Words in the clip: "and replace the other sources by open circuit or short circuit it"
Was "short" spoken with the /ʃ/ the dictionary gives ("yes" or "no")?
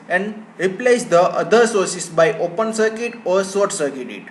no